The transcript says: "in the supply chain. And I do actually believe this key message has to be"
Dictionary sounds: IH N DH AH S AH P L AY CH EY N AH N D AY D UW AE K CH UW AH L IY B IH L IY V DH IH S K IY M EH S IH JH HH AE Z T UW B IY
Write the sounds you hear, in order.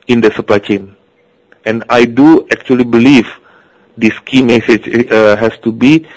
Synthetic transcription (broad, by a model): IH N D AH S AH P L AY CH EY N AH N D AY D UW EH K CH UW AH L IY B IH L IY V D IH S K IY M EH S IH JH HH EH S T UW B IY